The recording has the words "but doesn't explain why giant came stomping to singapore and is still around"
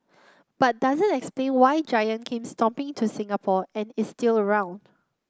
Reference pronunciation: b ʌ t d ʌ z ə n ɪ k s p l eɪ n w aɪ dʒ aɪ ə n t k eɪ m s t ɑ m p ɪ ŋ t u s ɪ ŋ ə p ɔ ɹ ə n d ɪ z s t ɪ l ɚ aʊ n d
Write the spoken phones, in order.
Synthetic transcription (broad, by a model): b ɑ t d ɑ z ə n ɪ k s p l eɪ n w aɪ dʒ aɪ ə n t k eɪ m s t ɑ m p ɪ ŋ t u s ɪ ŋ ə p ɔ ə n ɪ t s t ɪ l ɚ aʊ n d